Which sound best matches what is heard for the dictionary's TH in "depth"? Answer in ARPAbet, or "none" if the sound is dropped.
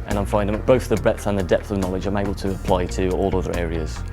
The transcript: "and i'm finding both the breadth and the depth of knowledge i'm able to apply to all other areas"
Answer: TH